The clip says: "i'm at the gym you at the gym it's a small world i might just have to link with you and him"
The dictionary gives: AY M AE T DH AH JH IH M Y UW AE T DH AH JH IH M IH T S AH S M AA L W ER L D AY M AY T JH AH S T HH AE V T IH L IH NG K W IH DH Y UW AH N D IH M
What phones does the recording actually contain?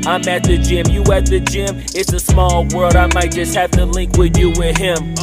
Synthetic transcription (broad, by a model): AY M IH T DH AH JH IH M Y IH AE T DH AH JH IH M IH T S AH S M AA L W ER L D AY M AY T JH AH S T HH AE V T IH L IH NG K W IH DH Y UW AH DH IH M